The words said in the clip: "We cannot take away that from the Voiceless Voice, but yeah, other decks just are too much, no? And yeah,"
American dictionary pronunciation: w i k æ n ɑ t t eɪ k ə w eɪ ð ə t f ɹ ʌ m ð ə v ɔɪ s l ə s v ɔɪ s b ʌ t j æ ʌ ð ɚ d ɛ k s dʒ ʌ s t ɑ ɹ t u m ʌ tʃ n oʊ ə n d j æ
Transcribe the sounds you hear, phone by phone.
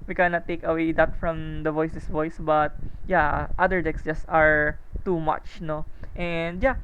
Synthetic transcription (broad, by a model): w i k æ n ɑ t t eɪ k ə w eɪ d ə t f ɹ ʌ m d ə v ɔɪ s ə s v ɔɪ s b ʌ t j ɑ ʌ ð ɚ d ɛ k s dʒ ʌ s t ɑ ɹ t u m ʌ tʃ n oʊ ə n d j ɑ